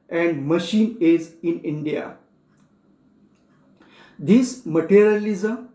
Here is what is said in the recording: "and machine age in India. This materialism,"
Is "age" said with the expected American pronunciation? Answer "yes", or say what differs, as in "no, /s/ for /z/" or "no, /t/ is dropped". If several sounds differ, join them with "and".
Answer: no, /z/ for /dʒ/